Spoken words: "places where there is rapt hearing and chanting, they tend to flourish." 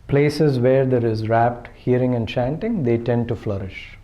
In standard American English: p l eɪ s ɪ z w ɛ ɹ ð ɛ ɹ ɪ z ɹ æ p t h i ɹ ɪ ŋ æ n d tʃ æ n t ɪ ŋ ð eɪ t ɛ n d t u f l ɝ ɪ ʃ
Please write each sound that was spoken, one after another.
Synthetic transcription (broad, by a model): p l eɪ s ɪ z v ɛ ɹ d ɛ ɹ ɪ z ɹ æ p t h i ɹ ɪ ŋ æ n d tʃ æ n t ɪ ŋ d eɪ t ɛ n d t u f l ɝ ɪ ʃ